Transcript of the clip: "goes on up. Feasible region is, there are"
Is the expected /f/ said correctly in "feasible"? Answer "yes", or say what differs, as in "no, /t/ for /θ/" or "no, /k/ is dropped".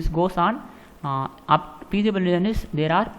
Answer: no, /p/ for /f/